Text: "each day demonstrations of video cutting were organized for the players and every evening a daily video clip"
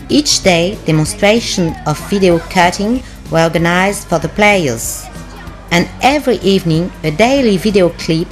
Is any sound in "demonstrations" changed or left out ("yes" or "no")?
yes